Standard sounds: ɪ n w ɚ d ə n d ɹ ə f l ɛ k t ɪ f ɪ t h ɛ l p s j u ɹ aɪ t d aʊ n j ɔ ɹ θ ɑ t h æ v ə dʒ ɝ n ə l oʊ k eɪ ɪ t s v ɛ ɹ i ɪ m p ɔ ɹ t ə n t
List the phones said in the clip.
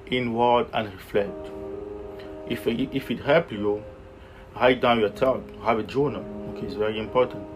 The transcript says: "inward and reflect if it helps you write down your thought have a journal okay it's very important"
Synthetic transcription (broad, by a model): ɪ n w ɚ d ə n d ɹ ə f l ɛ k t ɪ f ɪ t h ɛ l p j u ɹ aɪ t d aʊ n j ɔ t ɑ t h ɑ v ə dʒ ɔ n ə oʊ k eɪ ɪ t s v ɛ ɹ i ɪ m p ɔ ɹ t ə n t